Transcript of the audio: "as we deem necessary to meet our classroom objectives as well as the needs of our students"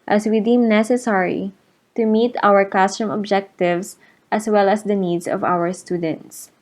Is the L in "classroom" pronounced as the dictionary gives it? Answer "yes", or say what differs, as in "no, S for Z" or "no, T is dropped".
no, L is dropped